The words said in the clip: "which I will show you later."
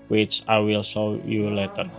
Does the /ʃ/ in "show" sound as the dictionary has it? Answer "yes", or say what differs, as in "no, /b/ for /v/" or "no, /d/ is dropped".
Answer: no, /s/ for /ʃ/